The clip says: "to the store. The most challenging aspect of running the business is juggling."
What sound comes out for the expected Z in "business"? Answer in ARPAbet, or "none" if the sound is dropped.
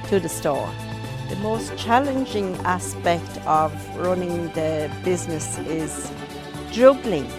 Z